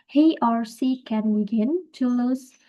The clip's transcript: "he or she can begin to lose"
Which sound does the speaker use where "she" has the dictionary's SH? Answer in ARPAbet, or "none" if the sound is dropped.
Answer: S